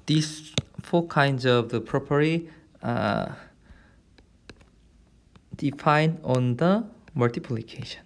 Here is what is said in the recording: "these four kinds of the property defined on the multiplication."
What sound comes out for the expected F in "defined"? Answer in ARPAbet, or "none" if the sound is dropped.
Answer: F